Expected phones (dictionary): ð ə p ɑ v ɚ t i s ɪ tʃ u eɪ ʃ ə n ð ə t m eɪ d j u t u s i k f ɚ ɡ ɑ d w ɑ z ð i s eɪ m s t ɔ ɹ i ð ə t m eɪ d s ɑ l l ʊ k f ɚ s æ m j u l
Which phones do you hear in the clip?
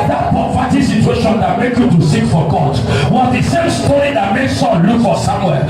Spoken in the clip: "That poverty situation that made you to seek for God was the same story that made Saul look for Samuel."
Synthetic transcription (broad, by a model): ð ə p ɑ f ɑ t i s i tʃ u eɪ ʃ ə n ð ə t m eɪ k j u t u s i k f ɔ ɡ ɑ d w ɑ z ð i s eɪ m s t ɔ ɹ i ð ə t m eɪ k s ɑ n l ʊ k f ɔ s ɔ m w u